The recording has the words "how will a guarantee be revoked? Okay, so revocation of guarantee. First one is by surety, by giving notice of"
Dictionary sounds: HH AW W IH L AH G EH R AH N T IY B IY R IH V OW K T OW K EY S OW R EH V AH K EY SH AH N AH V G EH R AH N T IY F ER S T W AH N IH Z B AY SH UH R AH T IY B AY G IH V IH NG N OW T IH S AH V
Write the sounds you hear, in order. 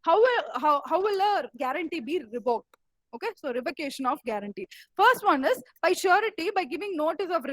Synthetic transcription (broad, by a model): HH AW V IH L AH G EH R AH N T IY B IY R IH B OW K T OW K EY S OW R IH P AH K EY SH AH N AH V G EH R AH N T IY F ER S T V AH N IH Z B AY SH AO R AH T IY B AY G IH V IH NG N OW T IH S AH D